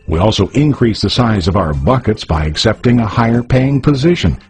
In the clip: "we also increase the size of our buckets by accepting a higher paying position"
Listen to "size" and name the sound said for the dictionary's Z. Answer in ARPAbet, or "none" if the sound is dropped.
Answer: Z